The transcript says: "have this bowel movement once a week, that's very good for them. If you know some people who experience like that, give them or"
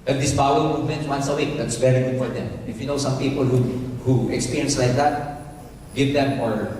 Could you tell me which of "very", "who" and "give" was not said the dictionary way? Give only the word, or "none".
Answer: very